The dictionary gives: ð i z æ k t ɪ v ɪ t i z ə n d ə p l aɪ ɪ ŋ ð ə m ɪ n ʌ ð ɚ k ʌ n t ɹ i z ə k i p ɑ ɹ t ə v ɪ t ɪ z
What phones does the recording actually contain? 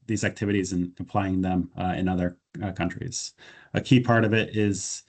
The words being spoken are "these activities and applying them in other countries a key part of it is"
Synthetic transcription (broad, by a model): ð i z æ k t ɪ v ɪ t i z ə n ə p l aɪ ɪ ŋ ð ə m ɪ n ʌ ð ɚ k ʌ n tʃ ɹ i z ə k i p ɑ ɹ t ə v ɪ t ɪ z